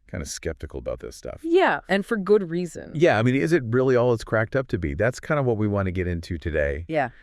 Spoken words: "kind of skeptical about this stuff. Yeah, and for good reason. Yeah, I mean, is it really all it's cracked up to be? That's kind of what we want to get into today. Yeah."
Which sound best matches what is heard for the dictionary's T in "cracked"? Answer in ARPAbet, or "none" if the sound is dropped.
T